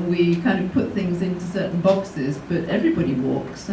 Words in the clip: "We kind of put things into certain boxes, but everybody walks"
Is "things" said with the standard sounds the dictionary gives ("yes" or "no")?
yes